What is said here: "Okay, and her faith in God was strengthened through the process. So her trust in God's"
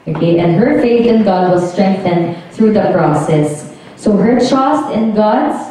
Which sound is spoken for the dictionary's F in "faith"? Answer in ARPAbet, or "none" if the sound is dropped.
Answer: F